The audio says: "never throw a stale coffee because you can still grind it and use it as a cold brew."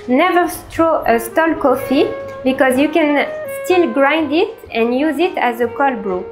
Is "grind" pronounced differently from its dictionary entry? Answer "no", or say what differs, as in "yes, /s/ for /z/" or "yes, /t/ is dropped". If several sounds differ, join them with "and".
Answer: no